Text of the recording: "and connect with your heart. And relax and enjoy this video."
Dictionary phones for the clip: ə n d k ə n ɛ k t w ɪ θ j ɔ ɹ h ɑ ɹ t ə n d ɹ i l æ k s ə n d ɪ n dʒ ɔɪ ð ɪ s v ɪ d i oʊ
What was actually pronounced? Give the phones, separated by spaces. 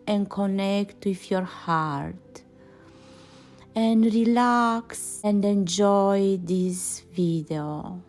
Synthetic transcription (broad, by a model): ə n k ə n ɛ k t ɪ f j ɔ ɹ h ɑ ɹ t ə n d ɹ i l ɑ k s ə n d ɪ n dʒ ɔɪ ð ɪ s v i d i oʊ